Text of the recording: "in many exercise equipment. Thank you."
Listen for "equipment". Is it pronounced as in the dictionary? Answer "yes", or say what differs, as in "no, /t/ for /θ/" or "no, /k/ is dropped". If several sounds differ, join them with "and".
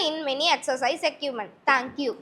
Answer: no, /p/ is dropped